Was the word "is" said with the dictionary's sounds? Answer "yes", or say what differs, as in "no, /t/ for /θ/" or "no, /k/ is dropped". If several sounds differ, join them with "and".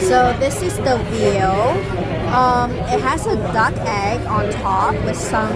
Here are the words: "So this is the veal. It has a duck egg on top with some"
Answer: yes